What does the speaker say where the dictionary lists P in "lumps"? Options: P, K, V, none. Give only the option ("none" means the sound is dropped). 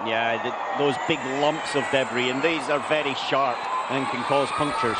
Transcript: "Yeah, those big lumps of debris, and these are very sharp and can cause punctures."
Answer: P